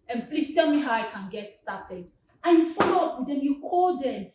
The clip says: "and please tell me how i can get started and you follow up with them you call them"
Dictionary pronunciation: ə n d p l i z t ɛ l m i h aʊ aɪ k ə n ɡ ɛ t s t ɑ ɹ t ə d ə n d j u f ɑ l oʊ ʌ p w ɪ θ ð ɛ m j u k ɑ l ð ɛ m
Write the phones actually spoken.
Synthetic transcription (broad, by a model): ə n p l i s t ɛ l m i h aʊ aɪ k ə n ɡ ɛ t s t ɑ t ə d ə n j u f ɑ l oʊ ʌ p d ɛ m j u k ɑ l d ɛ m